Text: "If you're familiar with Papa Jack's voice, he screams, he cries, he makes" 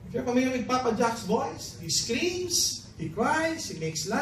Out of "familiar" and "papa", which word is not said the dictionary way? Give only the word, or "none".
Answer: familiar